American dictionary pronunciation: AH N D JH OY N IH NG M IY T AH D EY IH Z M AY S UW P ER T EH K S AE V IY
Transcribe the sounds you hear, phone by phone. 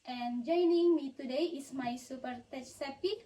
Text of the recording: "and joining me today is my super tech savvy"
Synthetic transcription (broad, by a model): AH N JH OY N IH NG M IY T AH D EY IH S M AY S UW P ER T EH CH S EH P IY